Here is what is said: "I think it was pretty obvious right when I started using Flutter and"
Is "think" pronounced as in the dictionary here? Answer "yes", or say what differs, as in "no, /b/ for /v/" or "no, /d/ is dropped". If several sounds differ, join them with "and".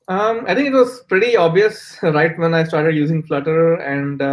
no, /t/ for /θ/